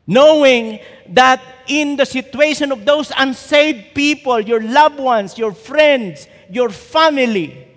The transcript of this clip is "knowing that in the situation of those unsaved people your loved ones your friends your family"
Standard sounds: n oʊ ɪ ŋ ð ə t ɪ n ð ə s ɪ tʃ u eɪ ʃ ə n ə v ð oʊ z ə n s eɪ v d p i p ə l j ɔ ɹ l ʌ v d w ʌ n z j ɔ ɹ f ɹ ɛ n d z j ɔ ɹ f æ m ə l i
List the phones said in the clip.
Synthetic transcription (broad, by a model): n oʊ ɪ ŋ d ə t ɪ n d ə s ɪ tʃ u eɪ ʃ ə n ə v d oʊ s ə n s eɪ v p i p ə l j ɔ ɹ l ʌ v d w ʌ n s j ɔ ɹ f ɹ ɛ n d s j ɔ ɹ f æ m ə l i